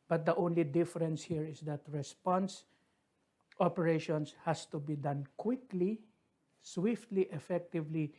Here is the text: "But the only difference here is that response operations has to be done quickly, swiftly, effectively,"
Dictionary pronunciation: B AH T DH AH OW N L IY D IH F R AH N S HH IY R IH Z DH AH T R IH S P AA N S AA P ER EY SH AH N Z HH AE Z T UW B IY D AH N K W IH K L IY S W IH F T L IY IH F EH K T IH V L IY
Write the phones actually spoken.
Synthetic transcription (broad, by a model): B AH T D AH OW N L IY D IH F R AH N S HH IY R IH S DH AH T R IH S P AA N S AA P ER EY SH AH N S HH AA S T UW B IY D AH N K W IH K L IY S W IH F T L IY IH F EH K T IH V L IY